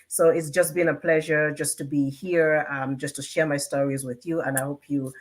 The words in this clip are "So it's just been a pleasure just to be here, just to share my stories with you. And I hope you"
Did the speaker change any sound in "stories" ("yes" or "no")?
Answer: no